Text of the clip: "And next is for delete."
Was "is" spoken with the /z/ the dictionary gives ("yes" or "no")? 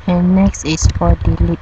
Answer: no